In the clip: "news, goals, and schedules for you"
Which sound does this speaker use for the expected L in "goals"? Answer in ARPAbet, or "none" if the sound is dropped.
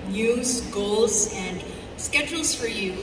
L